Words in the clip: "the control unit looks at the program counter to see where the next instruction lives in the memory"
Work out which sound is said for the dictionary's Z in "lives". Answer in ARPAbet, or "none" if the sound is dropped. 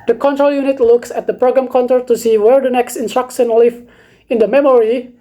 none